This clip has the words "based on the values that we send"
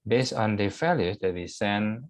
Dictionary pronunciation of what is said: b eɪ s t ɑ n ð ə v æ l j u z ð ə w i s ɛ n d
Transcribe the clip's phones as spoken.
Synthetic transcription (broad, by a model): b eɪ s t ɑ n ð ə f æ l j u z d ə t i s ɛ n